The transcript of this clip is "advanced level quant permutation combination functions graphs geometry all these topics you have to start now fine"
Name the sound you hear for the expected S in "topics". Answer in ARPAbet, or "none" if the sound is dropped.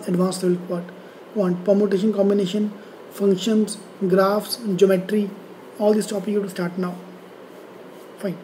none